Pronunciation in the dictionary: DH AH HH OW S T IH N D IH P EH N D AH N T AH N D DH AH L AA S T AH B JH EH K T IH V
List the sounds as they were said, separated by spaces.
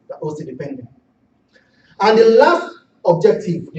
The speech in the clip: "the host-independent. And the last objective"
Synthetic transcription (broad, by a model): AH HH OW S AO D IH P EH N D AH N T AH N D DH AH L AA S T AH B JH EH K T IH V